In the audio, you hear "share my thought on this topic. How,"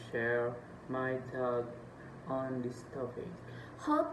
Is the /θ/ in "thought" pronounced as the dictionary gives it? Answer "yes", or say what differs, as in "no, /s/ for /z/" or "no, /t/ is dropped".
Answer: no, /t/ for /θ/